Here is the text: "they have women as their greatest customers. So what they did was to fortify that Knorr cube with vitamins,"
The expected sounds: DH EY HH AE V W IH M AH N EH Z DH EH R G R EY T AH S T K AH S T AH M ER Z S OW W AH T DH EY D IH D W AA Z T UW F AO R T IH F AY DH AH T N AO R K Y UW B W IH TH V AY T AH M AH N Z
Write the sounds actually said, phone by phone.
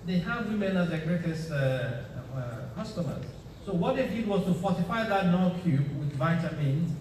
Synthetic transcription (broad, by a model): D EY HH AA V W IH M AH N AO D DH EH G R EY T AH S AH K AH S T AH M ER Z S OW W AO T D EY D IH D W AA S T UW F AO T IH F AY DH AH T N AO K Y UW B W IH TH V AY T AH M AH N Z